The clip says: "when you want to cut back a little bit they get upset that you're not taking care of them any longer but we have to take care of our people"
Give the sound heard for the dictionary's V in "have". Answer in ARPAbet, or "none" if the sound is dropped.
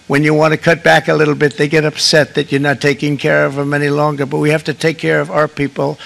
F